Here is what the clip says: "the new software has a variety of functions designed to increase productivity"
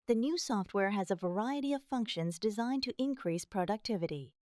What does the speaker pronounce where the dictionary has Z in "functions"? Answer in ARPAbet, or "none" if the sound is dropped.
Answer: Z